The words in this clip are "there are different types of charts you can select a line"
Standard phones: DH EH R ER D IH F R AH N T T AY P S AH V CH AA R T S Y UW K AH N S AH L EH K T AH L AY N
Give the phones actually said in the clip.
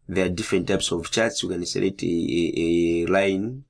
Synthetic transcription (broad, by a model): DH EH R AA D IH F R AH N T T AY P S AH V CH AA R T S Y UW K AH N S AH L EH T AH L AY N